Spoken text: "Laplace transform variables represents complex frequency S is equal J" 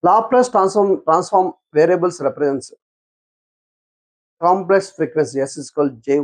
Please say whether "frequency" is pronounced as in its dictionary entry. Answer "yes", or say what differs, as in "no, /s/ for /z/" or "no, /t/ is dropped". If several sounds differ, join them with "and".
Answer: no, /n/ is dropped